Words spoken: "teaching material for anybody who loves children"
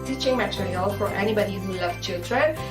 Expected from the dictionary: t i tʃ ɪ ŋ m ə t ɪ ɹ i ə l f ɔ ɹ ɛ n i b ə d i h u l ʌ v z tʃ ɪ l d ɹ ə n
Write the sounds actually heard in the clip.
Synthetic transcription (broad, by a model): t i tʃ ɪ ŋ m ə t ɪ ɹ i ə l f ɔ ɹ ɛ n i b ə d i h u l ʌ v tʃ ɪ l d ɹ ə n